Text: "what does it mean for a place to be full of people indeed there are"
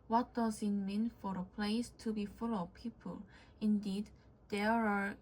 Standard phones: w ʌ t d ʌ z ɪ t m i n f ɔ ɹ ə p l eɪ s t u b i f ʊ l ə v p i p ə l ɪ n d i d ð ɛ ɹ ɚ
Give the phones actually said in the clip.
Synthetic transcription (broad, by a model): w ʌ t d ʌ z ɪ t m i n f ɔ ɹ ə p l eɪ s t u b i f ʊ l ə v p i p ə l ɪ n d i d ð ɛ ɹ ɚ